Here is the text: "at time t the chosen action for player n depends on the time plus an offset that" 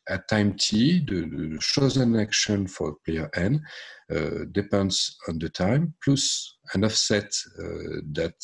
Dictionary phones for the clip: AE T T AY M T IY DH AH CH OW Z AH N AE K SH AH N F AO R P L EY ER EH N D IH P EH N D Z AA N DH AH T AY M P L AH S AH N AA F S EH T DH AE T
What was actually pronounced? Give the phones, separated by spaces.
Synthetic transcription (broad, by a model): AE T T AY M T IY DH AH SH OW Z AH N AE K SH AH N F AO R P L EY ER EH N D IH P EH N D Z AA N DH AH T AY M P L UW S AH N AA F S EH T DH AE T